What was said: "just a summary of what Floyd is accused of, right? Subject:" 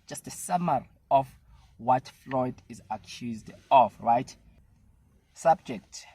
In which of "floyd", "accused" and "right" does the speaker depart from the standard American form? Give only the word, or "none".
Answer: none